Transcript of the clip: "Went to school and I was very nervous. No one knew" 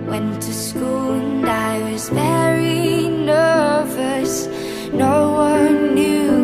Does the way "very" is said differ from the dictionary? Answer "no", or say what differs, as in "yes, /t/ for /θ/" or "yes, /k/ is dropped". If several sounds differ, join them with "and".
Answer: yes, /b/ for /v/